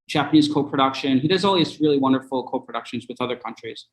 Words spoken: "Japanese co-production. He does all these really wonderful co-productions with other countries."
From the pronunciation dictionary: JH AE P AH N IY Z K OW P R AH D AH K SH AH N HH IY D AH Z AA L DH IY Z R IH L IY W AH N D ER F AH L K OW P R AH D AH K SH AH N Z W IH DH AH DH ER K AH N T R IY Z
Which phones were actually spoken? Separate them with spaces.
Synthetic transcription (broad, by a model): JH AE P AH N IY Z K OW P R AH D AH K SH AH N HH IY D AH Z AA L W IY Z R IH L IY W AH N D ER F L K OW P R AH D AH K SH AH N Z W IH DH AH DH ER K AH N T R IY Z